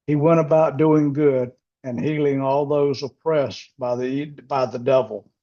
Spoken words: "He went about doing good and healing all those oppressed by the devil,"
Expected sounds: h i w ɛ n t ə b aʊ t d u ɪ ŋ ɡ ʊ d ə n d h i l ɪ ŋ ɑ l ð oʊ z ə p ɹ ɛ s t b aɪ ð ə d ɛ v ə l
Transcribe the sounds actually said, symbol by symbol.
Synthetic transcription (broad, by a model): h i w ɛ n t ə b aʊ t d u ɪ ŋ ɡ ʊ d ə n h i l ɪ ŋ ɑ l ð oʊ z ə p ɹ ɛ s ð b aɪ ð ə d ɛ v l